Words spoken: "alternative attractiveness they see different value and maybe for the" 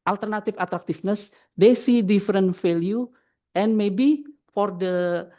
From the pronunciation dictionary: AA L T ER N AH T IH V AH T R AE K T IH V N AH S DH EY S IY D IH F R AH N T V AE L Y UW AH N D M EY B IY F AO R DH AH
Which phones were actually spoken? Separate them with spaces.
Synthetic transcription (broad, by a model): AA L T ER N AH T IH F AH T R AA K T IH F N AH S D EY S IY D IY F R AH N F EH L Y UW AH N M EY B IY F AO R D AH